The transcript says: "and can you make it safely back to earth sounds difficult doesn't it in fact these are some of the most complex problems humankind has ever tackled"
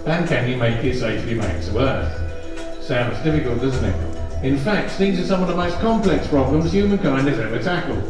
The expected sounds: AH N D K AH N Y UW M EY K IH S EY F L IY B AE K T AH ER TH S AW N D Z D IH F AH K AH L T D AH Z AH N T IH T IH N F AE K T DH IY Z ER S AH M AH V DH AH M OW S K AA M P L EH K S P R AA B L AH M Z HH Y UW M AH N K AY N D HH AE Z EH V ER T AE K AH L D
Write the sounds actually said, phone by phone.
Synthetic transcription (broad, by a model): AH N K AH N Y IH M EY K IH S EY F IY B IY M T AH ER TH S AW N D Z D IH F AH K AH L T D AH Z N T IH T IH N F AE K T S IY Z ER S AH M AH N DH AH M OW S K AA M P L EH K S P R AA B L AH M Z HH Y UW M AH N K AY N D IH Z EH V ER T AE K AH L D